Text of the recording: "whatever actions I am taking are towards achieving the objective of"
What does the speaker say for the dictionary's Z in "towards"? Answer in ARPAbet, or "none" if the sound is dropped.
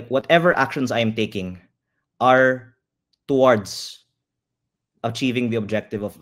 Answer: S